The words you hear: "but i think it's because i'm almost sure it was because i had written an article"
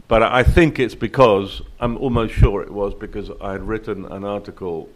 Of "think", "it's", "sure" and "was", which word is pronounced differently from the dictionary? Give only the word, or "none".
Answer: none